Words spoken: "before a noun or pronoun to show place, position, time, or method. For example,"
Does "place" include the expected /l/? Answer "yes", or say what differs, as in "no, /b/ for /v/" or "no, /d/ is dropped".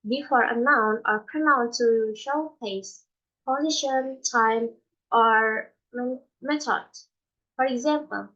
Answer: no, /l/ is dropped